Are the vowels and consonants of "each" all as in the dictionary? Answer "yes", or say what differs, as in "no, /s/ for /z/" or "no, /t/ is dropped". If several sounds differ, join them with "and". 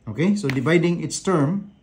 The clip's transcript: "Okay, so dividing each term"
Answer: no, /s/ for /tʃ/